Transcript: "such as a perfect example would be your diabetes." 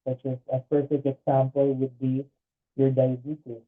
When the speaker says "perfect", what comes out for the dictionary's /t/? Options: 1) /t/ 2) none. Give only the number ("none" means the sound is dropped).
2